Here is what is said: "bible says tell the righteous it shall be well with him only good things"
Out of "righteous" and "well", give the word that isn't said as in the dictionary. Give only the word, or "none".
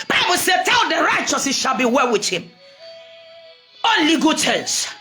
none